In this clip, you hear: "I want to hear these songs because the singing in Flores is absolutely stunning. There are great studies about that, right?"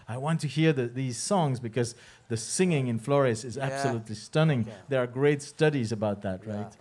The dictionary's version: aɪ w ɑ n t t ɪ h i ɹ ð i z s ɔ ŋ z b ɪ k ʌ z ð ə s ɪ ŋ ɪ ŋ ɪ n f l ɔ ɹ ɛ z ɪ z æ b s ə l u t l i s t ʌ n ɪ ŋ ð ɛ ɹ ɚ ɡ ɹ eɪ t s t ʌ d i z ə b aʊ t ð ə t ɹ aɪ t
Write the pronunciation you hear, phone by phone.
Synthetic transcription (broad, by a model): aɪ w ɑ n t t ɪ h i ɹ ð i z s ɔ ŋ z b ɪ k ʌ z ð ə s ɪ ŋ ɪ ŋ ɪ n f l ɔ ɹ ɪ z ɪ z æ b s ə l u t l i s t ʌ n ɪ ŋ ð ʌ ɹ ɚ ɡ ɹ eɪ t s t ʌ d i z ə b aʊ t ð ə t ɹ aɪ t